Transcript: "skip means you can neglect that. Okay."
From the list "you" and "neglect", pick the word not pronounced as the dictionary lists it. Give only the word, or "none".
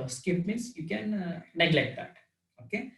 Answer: none